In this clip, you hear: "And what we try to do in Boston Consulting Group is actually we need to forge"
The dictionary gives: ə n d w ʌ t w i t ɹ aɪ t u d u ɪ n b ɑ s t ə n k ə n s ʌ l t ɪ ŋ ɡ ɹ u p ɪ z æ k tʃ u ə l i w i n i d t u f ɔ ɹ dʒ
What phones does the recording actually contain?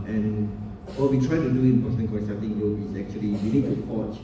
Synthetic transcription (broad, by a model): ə n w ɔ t w i t ɹ aɪ t u d u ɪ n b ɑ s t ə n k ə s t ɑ t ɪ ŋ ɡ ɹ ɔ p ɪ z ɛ k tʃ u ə l i w i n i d t u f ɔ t